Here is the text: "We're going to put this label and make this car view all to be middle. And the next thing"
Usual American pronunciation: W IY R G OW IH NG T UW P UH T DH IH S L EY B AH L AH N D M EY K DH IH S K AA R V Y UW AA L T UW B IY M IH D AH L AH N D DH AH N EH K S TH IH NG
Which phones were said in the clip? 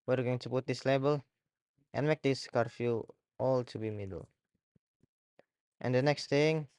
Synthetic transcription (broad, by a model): W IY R G OW IH NG T UW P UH T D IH S L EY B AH L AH N M EY K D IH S K AA R F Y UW AA L T UW B IY M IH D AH L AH N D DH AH N EH K S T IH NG